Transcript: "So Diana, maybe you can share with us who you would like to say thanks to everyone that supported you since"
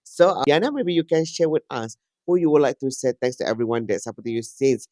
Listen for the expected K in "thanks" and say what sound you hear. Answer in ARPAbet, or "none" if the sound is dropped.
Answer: none